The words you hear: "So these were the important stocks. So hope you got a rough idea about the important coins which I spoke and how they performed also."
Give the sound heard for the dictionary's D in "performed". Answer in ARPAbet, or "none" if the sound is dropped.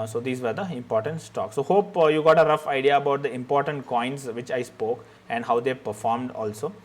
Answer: D